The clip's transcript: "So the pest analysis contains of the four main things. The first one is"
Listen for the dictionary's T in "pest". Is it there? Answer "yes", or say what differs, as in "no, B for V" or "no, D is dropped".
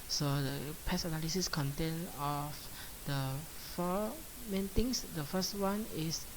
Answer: no, T is dropped